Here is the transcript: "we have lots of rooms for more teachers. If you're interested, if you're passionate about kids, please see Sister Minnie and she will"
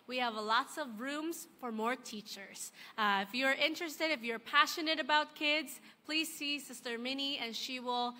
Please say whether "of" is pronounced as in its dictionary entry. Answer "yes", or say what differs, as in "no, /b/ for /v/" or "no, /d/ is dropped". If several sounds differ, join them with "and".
yes